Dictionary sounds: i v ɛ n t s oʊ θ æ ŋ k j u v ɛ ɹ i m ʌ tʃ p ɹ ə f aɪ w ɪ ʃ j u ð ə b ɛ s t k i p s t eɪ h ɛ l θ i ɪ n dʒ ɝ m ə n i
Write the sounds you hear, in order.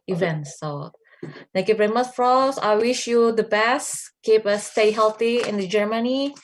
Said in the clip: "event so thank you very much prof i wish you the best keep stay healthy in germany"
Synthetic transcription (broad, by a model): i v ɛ n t s oʊ t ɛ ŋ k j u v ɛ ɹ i m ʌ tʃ f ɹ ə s aɪ w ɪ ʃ j u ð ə b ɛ s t k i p s t eɪ h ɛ l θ i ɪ n dʒ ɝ m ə n i